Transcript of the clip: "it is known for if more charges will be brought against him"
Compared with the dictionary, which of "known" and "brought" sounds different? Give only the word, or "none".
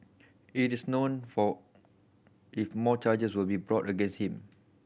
none